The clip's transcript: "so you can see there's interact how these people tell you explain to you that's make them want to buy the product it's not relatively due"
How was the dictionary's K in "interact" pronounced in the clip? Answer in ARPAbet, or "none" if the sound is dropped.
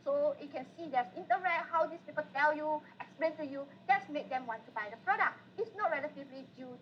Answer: none